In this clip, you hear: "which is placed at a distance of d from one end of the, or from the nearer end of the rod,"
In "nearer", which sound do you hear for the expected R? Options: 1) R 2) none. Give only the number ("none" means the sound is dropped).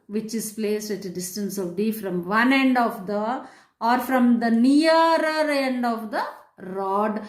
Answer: 2